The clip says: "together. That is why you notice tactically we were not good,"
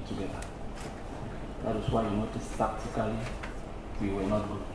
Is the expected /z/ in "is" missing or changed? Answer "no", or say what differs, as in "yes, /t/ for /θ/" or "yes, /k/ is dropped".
yes, /s/ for /z/